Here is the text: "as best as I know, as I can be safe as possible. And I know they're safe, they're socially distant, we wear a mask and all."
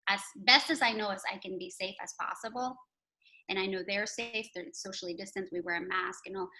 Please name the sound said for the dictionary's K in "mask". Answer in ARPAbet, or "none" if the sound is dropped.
K